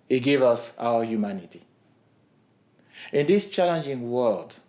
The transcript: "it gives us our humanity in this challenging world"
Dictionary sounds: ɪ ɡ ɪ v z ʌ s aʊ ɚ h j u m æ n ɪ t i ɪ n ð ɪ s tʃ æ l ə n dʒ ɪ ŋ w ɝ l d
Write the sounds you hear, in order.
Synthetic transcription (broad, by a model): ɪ ɡ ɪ v ʌ s aʊ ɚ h j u m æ n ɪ t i ɪ n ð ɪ s tʃ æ l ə n dʒ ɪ ŋ w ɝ l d